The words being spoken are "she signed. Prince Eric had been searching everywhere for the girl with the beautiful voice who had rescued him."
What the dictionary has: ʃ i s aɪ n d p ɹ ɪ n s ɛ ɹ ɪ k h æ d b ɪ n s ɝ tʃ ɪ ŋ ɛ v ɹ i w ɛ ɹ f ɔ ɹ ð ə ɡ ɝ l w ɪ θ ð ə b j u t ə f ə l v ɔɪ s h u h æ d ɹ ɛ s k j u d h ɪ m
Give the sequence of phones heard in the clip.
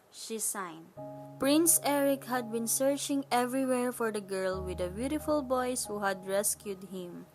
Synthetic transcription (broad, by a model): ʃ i s aɪ n d p ɹ ɪ n s ɛ ɹ ɪ k h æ d b ɪ n s ɝ tʃ ɪ ŋ ɛ v ɹ i w ɛ ɹ f ɔ ɹ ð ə ɡ ɝ l w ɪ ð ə b j u t ə f ə l b ɔɪ s h u h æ d ɹ ɛ s k j u d h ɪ m